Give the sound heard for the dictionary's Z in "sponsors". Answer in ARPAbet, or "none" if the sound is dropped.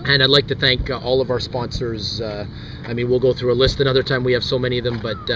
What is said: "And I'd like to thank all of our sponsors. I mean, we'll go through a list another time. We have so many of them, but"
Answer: Z